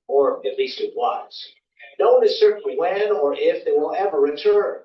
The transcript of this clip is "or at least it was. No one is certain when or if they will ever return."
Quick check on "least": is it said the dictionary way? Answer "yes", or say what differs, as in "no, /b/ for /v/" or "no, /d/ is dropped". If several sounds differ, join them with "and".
yes